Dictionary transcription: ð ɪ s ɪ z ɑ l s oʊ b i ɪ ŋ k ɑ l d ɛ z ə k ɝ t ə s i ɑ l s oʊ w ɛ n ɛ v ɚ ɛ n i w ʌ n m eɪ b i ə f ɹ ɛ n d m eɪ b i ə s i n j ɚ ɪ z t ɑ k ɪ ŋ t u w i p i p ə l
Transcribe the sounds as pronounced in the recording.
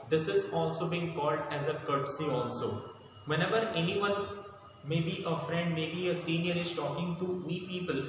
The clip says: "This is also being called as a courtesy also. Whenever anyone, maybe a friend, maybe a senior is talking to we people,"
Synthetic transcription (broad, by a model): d ɪ s ɪ z ɑ l s oʊ b i ɪ ŋ k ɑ l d ɛ z ə k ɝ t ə s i ɑ l s oʊ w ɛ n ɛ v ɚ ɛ n i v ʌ n m eɪ b i ə f ɹ ɛ n d m eɪ b i ə s i n j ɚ ɪ z t ɑ k ɪ ŋ t u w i p i p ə l